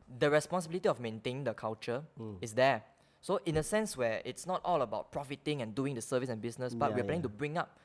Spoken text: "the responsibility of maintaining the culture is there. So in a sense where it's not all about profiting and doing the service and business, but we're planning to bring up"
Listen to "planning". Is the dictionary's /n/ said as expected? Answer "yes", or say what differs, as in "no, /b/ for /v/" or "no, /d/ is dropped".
no, /n/ is dropped